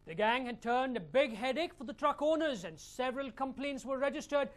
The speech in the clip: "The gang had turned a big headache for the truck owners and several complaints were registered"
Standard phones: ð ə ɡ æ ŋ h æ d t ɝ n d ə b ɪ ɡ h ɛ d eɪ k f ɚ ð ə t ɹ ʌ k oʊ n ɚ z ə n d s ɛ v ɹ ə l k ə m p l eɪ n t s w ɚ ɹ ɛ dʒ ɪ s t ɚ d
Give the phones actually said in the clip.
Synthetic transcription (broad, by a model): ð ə ɡ æ ŋ h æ d t ɝ n d ə b ɪ ɡ h ɛ d eɪ k f ɚ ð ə t ɹ ʌ k oʊ n ɚ z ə n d s ɛ v ɹ ə l k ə m p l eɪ n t s w ɚ ɹ ɛ dʒ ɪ s t ɚ d